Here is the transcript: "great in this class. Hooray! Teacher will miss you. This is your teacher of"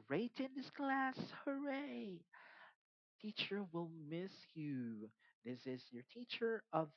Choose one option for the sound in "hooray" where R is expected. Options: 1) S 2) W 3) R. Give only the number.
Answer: 3